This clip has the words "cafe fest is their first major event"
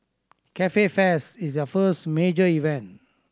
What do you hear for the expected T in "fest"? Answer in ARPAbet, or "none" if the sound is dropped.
none